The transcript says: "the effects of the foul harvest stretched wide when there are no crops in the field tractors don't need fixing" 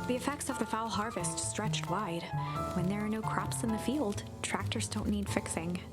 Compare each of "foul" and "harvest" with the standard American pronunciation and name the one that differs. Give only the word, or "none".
none